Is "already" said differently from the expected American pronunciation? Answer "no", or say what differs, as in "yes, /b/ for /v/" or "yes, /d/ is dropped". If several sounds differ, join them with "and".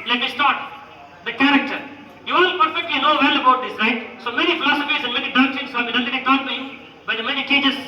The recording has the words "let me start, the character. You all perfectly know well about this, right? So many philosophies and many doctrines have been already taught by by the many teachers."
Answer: yes, /ɹ/ is dropped